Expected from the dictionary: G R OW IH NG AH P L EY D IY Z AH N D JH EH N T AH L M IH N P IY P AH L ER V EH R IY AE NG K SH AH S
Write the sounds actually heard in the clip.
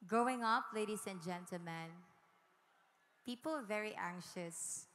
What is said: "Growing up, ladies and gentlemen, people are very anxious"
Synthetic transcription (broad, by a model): G R OW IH NG AH P L EY D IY S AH N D JH EH N T AH L M IH N P IY P AH L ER V EH R IY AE NG K SH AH S